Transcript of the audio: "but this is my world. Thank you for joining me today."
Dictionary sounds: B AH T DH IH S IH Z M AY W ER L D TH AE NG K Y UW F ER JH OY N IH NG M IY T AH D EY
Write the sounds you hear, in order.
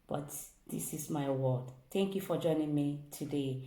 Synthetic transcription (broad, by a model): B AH T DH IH S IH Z M AY W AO D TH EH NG K Y UW F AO JH OY N IH NG M IY T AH D EY